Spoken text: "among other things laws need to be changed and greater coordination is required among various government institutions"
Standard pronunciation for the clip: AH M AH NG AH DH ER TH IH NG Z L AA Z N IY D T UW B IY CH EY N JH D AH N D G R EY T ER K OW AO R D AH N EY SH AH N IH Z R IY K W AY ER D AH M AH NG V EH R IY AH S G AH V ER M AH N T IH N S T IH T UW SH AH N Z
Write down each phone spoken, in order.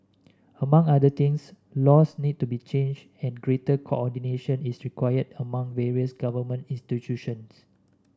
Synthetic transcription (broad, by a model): AH M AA NG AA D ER T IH NG S L AA S N IY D T UW B IY CH EY N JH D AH N G R EY T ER K OW AO D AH N EY SH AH N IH S R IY K W AY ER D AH M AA NG V EH R IY AH S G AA V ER M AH N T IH N S T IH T UW SH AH N S